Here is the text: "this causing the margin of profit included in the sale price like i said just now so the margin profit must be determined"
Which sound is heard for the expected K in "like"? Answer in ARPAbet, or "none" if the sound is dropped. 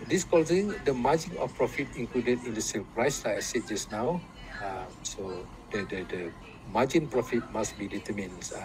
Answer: none